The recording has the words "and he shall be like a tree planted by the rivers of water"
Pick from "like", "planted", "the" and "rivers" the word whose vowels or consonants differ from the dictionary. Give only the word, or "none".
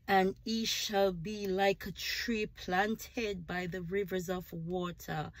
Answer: none